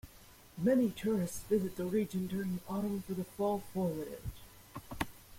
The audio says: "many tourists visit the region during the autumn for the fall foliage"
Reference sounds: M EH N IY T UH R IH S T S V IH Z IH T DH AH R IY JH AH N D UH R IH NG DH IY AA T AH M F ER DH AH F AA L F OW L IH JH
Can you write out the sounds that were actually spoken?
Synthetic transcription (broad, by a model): M EH N IY T UH R IH S T S V IH Z IH T DH AH R IY JH AH N D UH R IH NG DH IY AA T AH M F ER DH AH F AA L F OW W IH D